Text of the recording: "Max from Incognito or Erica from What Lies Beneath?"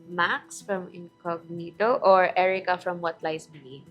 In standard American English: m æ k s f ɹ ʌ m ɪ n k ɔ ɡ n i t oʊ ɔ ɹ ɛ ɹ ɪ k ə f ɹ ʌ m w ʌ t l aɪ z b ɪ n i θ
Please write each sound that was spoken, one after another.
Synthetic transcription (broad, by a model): m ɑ k s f ɹ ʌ m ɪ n k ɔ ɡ n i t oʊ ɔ ɹ ɛ ɹ ɪ k ə f ɹ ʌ m w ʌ t l aɪ s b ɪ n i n